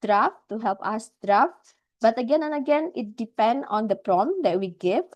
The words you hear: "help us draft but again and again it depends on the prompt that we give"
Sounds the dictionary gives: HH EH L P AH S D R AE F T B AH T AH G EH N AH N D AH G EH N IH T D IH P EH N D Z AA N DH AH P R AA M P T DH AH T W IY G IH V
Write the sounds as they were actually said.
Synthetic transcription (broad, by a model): HH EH L P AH S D R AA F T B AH T AH G EH N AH N AH G EH N IH T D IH P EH N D AA N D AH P R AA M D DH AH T W IY G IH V